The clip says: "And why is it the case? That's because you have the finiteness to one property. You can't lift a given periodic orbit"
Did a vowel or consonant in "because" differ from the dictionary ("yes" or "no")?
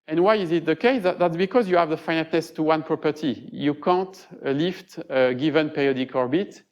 no